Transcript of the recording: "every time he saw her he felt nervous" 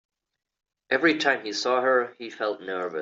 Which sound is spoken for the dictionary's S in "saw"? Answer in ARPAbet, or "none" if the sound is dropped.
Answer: S